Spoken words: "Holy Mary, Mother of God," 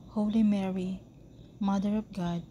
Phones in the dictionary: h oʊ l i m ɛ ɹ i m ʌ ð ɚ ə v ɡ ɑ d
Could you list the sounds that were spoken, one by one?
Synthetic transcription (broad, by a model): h oʊ l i m ɛ ɹ i m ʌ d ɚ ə p ɡ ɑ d